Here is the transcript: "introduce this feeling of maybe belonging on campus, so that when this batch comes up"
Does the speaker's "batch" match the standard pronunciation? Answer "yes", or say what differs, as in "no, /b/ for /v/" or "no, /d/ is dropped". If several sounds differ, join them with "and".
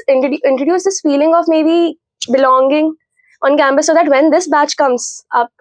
yes